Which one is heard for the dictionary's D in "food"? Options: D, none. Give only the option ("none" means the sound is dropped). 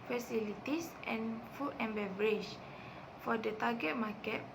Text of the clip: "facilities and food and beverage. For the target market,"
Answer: none